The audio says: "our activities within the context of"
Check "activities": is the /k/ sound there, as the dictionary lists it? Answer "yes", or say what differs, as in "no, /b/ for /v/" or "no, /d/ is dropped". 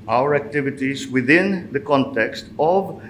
yes